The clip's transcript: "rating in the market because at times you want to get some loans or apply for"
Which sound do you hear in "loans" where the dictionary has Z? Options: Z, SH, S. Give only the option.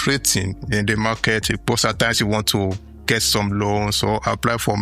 S